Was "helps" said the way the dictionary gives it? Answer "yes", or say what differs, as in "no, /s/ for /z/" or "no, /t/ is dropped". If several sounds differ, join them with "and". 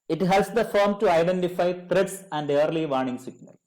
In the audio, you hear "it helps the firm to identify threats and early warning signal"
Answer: no, /p/ is dropped